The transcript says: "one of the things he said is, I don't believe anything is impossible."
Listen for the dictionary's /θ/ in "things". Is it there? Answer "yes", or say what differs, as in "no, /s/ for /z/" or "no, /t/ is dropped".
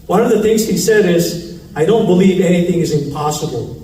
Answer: yes